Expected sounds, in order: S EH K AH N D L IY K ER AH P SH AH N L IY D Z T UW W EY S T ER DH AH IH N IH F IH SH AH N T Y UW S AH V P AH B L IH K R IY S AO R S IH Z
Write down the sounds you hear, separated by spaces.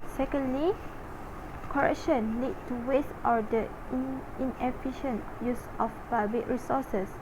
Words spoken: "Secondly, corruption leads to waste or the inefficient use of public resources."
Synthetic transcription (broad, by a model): S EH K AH N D L IY K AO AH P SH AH N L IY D T UW W EY S T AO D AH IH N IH F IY SH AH N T Y UW S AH F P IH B IH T R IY S AO S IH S